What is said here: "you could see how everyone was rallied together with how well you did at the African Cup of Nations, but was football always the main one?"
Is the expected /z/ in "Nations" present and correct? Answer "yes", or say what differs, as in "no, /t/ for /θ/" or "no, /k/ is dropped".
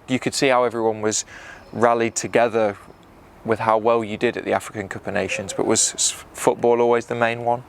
yes